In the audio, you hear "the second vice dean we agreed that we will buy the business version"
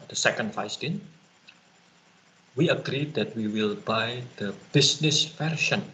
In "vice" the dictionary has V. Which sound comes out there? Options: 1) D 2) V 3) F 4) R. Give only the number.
3